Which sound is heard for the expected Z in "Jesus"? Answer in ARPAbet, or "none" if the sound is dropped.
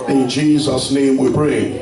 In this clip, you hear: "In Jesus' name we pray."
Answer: Z